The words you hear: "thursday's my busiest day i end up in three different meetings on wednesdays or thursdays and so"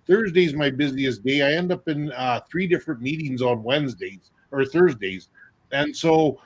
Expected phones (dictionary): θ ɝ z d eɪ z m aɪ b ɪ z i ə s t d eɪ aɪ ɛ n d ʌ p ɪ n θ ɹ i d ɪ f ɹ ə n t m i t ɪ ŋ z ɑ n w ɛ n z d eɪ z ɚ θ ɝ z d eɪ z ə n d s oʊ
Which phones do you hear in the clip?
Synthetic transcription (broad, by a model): θ ɝ z d eɪ z m aɪ b ɪ z i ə s d eɪ aɪ ɛ n d ʌ p ɪ n θ ɹ i d ɪ f ɹ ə n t m i t ɪ ŋ z n w ɛ n z d eɪ z ɚ θ ɝ z d eɪ z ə n s oʊ